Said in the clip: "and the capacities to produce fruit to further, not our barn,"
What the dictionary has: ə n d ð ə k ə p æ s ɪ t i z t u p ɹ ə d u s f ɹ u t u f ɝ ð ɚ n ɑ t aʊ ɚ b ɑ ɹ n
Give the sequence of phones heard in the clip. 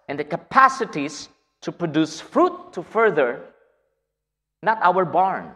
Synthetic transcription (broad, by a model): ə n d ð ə k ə p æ s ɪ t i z t u p ɹ ə d u s f ɹ u t u f ɝ ð ɚ n ɑ t aʊ ɚ b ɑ ɹ n